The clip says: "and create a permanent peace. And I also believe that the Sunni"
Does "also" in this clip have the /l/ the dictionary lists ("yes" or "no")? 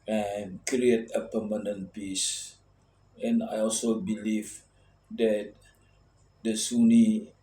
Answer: yes